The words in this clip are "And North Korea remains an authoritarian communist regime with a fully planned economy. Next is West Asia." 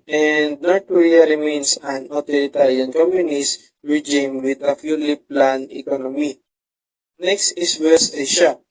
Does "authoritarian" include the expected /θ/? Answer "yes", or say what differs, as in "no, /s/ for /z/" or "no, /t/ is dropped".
no, /t/ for /θ/